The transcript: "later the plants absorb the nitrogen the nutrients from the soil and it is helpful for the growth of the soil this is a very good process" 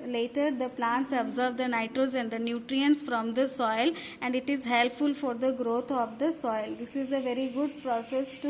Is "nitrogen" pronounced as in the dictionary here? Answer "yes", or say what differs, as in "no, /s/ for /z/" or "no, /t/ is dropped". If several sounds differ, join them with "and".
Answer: no, /z/ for /dʒ/